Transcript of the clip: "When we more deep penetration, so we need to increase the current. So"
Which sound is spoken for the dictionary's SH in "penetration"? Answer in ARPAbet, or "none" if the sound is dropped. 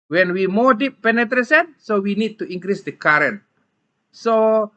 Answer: S